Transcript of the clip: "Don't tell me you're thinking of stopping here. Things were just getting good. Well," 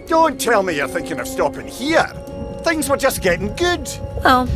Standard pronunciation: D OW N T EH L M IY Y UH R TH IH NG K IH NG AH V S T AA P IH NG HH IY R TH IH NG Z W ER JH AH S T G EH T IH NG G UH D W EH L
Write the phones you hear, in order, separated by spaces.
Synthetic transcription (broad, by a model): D OW N T EH L M IY Y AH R TH IH NG K IH NG AH V S T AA P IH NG HH IY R TH IH NG Z W ER JH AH S G EH T IH NG G UH D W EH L